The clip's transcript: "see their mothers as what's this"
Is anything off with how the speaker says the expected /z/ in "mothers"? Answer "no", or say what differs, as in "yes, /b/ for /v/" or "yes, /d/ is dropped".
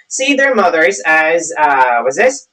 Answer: no